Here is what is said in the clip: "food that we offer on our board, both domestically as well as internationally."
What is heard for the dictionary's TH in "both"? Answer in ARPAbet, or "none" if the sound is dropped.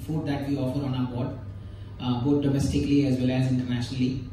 T